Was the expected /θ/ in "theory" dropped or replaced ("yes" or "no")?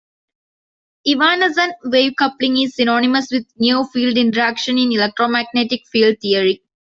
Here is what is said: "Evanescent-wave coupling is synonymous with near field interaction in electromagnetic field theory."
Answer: yes